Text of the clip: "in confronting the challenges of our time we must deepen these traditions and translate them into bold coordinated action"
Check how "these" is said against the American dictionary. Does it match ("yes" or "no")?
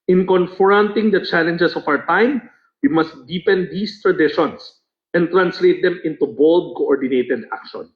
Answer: no